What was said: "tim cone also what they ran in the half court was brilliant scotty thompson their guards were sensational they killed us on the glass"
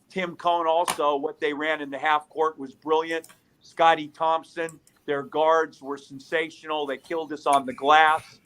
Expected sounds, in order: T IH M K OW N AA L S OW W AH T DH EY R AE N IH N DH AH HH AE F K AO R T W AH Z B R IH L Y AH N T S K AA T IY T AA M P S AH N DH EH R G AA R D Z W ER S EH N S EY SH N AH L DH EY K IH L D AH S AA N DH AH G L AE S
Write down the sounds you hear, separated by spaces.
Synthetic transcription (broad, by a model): T IH M K OW N AA L S OW W AH T DH EY R AE N IH N DH AH HH AE F K AO R T W AH Z B R IH L Y AH N T S K AA T IY T AA M P S AH N DH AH R G AA R D Z W ER S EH N S EY SH N L DH EY K IH L D AH S N DH AH G L AE S